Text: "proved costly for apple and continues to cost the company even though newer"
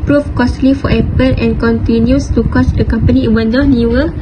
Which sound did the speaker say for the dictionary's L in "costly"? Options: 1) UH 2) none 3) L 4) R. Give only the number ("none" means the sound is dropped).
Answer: 3